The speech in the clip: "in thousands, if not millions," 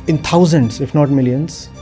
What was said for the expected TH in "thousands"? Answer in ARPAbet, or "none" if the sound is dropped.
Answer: T